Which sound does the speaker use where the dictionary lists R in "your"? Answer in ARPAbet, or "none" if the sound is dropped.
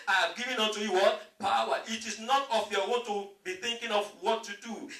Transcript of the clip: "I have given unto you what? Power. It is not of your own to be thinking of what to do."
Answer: W